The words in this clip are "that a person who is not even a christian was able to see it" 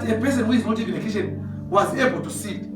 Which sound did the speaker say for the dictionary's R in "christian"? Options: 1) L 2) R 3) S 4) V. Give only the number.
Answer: 1